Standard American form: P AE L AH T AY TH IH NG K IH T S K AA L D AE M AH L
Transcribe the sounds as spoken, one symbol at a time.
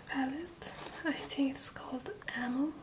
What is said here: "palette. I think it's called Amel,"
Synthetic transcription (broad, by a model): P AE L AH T AY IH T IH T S K AA L D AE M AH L